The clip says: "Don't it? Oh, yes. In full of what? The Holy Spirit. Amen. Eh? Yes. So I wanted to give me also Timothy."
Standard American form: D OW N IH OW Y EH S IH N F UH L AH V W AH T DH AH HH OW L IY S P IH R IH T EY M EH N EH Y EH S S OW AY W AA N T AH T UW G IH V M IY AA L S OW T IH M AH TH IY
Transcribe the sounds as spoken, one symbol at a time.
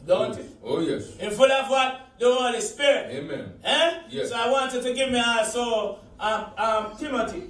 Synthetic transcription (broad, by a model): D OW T IH OW Y EH S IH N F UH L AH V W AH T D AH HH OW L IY S P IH R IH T EY M EH N EH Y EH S S OW AY W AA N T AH T UW G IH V M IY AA S OW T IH M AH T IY